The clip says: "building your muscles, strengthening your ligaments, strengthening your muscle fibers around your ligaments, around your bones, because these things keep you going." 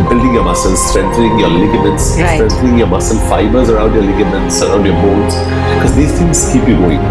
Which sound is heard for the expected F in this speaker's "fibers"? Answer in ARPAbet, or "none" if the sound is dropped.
F